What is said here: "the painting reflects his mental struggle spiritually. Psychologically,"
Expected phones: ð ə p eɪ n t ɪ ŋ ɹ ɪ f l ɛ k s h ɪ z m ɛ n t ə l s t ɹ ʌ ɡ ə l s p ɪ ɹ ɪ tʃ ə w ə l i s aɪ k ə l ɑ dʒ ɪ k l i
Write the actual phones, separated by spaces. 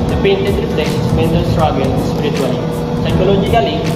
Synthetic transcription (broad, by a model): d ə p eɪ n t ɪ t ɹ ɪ p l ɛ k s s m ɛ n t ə s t ɹ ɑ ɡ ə n s p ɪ ɹ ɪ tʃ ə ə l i s aɪ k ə l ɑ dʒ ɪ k l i